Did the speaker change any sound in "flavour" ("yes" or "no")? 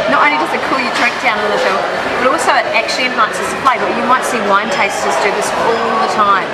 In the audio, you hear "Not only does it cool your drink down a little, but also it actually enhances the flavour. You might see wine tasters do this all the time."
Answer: yes